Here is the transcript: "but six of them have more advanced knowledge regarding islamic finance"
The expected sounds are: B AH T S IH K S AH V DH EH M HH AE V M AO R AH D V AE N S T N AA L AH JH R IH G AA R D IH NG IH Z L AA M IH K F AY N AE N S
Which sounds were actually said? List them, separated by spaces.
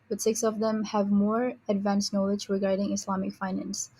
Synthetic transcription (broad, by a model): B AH T S IH K S AH V DH EH M HH AE V M AO R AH D V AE N S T N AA L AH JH R IH G AA R D IH NG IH S L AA M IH K F AY N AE N S